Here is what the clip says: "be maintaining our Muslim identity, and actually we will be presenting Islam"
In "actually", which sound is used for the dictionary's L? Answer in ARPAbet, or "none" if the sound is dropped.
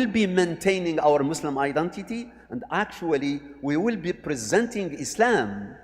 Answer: L